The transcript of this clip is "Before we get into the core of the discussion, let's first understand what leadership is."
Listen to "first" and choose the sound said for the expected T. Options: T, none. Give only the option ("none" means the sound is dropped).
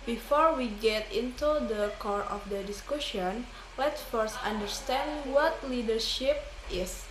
T